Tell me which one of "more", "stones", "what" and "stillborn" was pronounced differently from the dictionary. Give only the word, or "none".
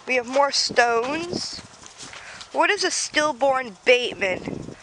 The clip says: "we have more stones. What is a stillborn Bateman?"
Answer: none